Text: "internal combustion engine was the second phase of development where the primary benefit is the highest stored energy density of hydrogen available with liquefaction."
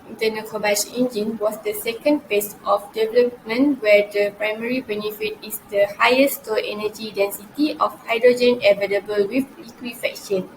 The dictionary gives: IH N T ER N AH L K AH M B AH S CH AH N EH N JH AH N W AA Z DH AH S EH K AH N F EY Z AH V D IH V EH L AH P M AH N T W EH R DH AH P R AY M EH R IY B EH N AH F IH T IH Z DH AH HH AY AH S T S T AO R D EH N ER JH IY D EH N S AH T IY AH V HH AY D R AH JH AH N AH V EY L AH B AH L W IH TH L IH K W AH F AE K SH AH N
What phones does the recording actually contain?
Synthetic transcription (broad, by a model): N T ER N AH K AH B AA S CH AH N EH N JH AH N W AA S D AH S EH K AH N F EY S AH F D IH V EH L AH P M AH N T W EH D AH P R AY M EH R IY B EH N AH F IH T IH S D AH HH AY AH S S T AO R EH N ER JH IY D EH N S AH T IY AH F HH AY D R AH JH AH N AH V EY L AH B AH L W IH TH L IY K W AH F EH K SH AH N